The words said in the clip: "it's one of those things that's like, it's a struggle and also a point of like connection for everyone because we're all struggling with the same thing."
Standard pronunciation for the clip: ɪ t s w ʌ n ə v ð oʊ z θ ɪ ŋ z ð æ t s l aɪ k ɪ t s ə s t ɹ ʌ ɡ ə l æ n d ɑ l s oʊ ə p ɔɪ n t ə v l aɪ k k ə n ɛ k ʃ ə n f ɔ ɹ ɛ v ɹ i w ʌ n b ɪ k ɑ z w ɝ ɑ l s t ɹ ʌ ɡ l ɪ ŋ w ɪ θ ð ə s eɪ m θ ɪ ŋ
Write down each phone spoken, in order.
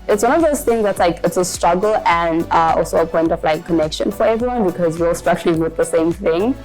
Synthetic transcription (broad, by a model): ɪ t s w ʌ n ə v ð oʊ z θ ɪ ŋ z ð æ t s l aɪ k ɪ t s ə s t ɹ ʌ ɡ ə l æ n d ɑ l s oʊ ə p ɔɪ n t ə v l aɪ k k ə n ɛ k ʃ ə n f ɔ ɹ ɛ v ɹ i w ʌ n b ɪ k ɑ z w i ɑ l s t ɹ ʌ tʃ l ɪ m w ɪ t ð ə s eɪ m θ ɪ ŋ